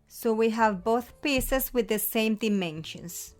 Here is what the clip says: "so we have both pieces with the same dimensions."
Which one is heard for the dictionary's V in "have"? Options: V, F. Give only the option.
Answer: V